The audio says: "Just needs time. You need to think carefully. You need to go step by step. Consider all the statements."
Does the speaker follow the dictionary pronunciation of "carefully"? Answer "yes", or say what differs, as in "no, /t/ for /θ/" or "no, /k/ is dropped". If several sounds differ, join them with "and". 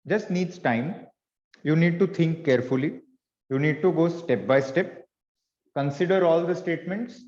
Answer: yes